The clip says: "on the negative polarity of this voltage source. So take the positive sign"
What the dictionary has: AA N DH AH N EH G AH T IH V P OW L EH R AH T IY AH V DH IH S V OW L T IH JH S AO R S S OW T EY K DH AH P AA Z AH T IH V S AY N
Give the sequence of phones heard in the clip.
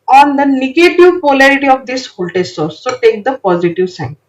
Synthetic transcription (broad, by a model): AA N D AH N EH G AH T IH V P OW L EH R AH T IY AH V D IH S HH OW L T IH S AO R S S OW T EY K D AH P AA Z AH T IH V S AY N